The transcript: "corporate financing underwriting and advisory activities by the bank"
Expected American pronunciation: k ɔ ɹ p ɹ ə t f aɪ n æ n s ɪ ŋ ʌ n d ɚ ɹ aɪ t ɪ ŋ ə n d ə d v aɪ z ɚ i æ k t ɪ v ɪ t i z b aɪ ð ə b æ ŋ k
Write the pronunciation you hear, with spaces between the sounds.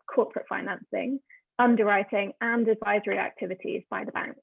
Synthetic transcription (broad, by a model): k ɔ p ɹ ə t f aɪ n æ n s ɪ ŋ ʌ n d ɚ ɹ aɪ t ɪ ŋ ə n d ə d v aɪ z ɚ i æ k t ɪ v ɪ t i z b aɪ ð ə b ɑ ŋ k